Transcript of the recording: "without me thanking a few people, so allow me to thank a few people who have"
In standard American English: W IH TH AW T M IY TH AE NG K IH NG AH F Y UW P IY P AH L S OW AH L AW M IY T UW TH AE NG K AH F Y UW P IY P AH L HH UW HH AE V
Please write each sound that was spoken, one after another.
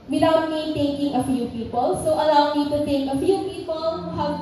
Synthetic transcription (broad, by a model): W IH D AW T M IY T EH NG K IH NG AH F Y UW P IY P AH L S OW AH L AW M IY T UW T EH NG K AH F Y UW P IY P AH L HH UW HH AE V